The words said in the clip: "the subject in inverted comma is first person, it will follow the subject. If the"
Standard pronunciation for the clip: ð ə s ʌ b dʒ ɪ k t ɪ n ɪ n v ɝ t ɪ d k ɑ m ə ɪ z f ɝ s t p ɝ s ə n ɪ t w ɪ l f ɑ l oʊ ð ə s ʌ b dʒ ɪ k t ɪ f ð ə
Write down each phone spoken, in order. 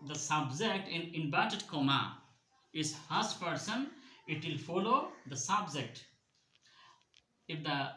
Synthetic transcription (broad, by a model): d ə s ʌ b dʒ ɪ k t ɪ n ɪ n b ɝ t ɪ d k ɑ m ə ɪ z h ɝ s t p ɝ s ə n ɪ t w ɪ l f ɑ l oʊ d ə s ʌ b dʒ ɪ k t ɪ f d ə